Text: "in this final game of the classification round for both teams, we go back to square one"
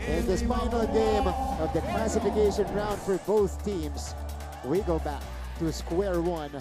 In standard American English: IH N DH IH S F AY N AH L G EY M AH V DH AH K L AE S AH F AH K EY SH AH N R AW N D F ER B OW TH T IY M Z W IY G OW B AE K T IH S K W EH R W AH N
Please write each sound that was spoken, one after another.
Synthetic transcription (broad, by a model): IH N DH IH S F AY N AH L G EY M AH V DH AH K L AE S AH F AH K EY SH AH N R AW N D F ER B OW TH T IY M Z W IY G OW B AE K T IH S K W EH R W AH N